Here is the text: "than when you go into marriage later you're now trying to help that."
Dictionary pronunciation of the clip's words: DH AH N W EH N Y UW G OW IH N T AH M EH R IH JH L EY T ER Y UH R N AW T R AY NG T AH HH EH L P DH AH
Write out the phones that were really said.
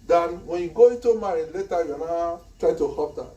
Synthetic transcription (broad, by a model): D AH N W EH N Y UW G OW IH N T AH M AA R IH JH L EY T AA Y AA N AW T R AY T AH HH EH P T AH